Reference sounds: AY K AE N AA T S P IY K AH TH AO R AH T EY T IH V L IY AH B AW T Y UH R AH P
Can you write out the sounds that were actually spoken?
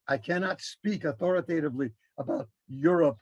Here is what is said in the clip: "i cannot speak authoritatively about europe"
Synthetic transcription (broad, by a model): AY K AE N AA T S P IY K AH TH AO R AH T EY T IH V L IY AH B AW T Y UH R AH P